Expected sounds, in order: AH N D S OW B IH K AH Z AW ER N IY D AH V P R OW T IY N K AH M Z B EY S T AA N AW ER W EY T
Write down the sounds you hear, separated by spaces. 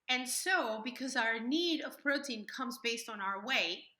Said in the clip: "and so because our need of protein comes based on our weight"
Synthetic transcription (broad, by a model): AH N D S OW B IH K AH Z AW ER N IY D AH V P R OW T IY N K AH M Z B EY S T N AW ER W EY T